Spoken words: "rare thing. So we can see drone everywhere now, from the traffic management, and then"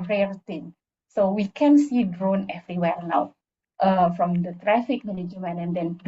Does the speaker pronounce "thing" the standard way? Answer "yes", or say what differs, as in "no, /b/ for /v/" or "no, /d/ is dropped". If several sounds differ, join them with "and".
no, /t/ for /θ/